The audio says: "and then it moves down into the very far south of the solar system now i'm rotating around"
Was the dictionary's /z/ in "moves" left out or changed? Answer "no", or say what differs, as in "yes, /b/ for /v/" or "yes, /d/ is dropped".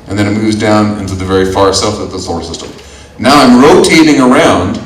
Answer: no